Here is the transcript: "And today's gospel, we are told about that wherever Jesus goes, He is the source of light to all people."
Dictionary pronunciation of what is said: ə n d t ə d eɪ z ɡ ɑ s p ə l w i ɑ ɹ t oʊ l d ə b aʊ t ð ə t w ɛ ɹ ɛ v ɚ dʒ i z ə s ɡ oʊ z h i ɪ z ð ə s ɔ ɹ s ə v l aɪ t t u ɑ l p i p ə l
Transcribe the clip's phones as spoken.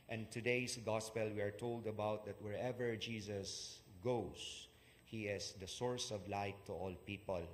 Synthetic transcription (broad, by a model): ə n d t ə d eɪ s ɡ ɑ s p ə l w i ɑ ɹ t oʊ l d ə b aʊ t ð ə t w ɛ ɹ ɛ v ɚ dʒ i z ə s ɡ oʊ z h i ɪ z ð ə s ɔ ɹ s ə v l aɪ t t u ɑ l p i p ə l